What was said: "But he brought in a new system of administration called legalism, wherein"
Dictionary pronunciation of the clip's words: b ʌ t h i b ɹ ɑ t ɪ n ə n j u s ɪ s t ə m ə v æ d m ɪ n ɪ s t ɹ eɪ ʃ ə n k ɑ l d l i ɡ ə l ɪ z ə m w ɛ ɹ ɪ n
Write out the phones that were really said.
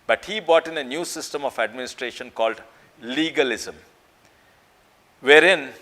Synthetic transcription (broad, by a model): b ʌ t h i b ɑ t ɪ n ə n j u s ɪ s t ə m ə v æ d m ɪ n ɪ s t ɹ eɪ ʃ ə n k ɑ l d l i ɡ ə l ɪ z ə m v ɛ ɹ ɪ n